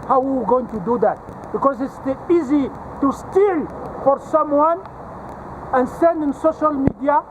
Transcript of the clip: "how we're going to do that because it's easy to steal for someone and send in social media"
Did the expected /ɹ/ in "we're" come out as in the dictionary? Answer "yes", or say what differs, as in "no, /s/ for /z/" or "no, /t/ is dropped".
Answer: no, /w/ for /ɹ/